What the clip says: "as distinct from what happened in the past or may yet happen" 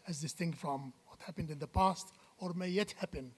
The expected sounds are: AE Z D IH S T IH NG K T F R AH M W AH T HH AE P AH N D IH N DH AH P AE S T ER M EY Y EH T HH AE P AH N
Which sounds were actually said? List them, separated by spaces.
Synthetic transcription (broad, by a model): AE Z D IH S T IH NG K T F R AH M W AH T HH AE P AH N D IH N DH AH P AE S T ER M EY Y EH T HH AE P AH N